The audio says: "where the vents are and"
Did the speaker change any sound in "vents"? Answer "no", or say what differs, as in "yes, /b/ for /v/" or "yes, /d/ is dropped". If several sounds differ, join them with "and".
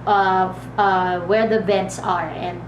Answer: yes, /b/ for /v/